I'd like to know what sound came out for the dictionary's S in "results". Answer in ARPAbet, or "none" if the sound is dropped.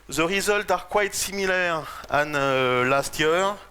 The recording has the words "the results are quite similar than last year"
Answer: none